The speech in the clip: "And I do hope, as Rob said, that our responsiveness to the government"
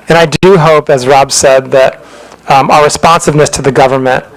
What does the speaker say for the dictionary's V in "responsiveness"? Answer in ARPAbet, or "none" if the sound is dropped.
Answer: V